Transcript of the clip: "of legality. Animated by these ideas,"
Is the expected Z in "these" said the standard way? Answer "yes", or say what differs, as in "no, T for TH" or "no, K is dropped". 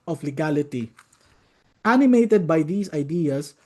no, S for Z